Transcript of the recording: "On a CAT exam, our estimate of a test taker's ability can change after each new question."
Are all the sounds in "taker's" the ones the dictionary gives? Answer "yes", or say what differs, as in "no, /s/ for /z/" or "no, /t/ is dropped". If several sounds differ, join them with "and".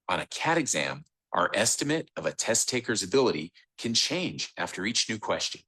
yes